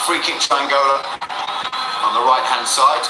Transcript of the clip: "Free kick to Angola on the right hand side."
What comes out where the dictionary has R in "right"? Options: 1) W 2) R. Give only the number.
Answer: 2